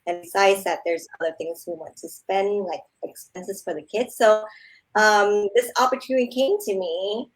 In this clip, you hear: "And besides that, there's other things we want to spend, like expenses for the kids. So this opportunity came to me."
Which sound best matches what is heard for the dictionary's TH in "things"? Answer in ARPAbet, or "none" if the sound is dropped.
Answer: TH